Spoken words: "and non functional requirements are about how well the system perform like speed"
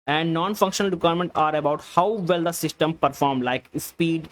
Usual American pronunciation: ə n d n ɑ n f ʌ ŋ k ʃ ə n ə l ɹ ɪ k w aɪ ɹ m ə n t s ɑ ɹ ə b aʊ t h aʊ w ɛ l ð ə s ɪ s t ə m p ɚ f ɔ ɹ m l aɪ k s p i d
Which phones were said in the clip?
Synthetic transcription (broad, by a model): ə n d n ɑ n f ʌ ŋ k ʃ ə n ə l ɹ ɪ k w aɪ ɹ m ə n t ɑ ɹ ə b aʊ t h aʊ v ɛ l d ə s ɪ s t ə m p ɚ f ɔ ɹ m l aɪ k s p i d